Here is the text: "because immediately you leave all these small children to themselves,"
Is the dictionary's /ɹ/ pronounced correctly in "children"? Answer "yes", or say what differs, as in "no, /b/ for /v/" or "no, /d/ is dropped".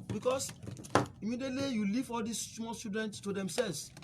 no, /ɹ/ is dropped